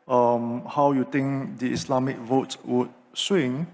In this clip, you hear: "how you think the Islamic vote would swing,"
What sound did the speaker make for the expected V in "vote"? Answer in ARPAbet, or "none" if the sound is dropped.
V